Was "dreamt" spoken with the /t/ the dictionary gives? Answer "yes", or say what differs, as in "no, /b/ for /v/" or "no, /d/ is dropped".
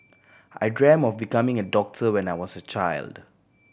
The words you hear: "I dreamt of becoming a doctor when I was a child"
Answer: no, /t/ is dropped